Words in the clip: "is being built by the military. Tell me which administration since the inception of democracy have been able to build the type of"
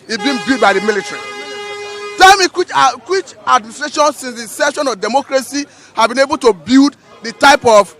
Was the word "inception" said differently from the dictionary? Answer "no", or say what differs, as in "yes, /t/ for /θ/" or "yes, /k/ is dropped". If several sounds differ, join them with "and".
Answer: yes, /p/ is dropped